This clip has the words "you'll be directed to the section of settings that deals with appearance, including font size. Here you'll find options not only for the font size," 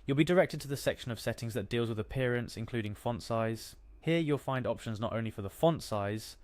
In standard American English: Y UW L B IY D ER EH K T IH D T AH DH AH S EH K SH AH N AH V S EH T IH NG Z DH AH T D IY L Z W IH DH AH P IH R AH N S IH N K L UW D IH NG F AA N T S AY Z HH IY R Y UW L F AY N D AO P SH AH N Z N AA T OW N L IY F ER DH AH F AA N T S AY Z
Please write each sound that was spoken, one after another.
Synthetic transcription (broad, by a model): Y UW L B IY D ER EH K T IH D T AH DH AH S EH K SH AH N AH V S EH T IH NG Z DH AH T D IY L Z W IH DH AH P IH R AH N S IH N K L UW D IH NG F AA N T S AY Z HH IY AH Y UW L F AY N D AO P SH AH N Z N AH T OW N L IY F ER DH AH F AA N T S AY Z